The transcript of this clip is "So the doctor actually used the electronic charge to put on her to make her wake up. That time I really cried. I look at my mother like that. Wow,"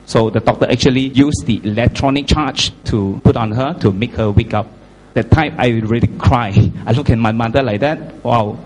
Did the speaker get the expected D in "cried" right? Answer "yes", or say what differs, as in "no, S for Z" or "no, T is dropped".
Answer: no, D is dropped